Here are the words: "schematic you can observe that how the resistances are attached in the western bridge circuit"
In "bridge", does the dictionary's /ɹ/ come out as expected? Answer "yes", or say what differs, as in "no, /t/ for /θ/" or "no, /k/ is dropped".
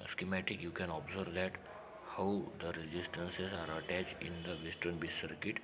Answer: no, /ɹ/ is dropped